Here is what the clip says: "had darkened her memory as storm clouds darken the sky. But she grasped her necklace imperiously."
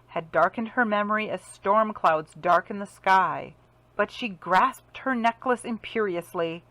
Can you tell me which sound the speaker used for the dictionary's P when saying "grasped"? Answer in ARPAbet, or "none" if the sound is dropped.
P